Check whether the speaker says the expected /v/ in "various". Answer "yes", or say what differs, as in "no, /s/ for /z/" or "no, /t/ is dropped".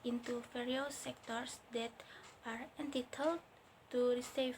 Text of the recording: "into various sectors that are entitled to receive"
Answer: no, /f/ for /v/